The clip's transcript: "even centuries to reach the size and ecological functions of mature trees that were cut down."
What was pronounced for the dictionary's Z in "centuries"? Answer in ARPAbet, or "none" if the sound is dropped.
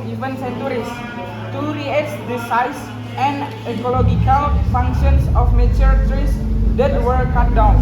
S